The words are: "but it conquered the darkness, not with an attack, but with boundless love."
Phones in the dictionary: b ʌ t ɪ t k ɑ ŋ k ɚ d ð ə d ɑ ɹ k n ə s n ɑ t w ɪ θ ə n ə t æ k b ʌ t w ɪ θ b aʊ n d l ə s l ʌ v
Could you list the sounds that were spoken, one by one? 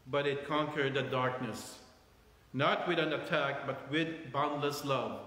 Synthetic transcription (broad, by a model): b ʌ t ɪ t k ɑ ŋ k ɚ d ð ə d ɑ ɹ k n ə s n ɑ t w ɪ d ə n ə t æ k b ʌ t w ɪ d b aʊ n d l ə s l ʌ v